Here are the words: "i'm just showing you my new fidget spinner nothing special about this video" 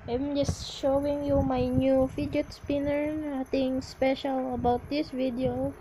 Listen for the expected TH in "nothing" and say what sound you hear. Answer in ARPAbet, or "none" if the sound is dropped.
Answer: T